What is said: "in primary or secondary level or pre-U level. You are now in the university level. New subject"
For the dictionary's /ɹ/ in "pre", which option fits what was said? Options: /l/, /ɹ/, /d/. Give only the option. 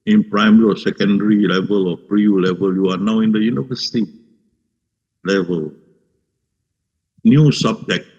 /ɹ/